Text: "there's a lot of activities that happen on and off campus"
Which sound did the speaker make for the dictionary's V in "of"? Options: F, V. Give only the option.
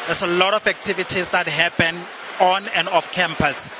F